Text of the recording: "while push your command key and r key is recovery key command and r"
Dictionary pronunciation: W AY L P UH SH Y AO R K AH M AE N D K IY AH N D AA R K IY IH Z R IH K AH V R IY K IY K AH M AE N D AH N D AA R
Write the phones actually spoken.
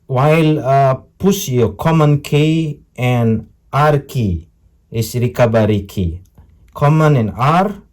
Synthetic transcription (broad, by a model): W AY L P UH S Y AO K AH M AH N K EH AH N AA R K IY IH S R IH K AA B R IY K IY K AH M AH N AH N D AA R